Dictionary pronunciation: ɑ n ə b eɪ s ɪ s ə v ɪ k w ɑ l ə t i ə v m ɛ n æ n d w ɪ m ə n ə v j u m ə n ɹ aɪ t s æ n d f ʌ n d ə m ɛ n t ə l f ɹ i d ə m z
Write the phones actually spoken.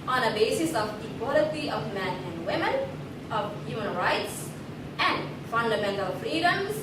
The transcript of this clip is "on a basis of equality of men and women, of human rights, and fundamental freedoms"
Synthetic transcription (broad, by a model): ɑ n ə b eɪ s ɪ s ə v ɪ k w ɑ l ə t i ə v m ɛ n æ n d w ɪ m ə n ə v j u m ə n ɹ aɪ t s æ n d f ʌ n d ə m ɛ n t ə l f ɹ i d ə m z